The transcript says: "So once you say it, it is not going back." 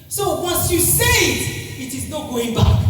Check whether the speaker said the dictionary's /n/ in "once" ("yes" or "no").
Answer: no